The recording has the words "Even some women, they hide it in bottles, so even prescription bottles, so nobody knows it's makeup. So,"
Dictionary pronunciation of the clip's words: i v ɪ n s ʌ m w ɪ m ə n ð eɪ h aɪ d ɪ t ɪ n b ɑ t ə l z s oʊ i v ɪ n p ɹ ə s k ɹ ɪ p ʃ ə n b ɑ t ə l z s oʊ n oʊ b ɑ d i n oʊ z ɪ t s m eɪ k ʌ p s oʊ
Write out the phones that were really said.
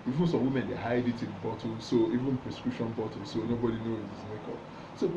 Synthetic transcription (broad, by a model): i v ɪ n s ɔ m w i m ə n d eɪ h aɪ d ɪ t ɪ n b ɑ t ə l s oʊ i v ɪ n p ɹ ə s k ɹ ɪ p ʃ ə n b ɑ t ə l s oʊ n oʊ b ɑ d i n oʊ ɪ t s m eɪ k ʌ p s oʊ